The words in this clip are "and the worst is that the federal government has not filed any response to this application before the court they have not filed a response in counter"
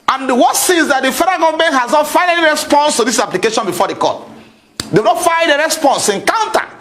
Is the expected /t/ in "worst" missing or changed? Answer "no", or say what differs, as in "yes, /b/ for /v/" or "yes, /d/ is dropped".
yes, /t/ is dropped